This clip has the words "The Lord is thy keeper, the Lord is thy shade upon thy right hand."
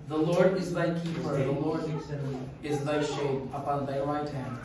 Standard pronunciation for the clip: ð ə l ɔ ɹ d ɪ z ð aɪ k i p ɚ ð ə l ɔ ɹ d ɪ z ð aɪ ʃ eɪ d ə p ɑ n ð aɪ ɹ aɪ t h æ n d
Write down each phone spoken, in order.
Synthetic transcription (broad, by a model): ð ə l ɔ ɹ d ɪ z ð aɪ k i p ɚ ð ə l ɔ ɹ d ɪ z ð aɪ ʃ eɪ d ə p ɑ n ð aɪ w aɪ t h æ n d